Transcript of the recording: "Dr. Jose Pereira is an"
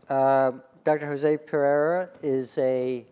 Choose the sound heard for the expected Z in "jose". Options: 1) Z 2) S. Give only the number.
1